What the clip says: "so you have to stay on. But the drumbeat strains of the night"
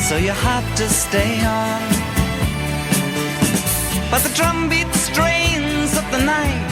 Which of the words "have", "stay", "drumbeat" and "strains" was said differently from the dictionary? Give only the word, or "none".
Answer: have